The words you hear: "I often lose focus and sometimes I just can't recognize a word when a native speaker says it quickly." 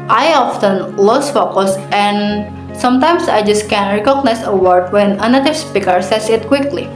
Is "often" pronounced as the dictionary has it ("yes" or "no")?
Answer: yes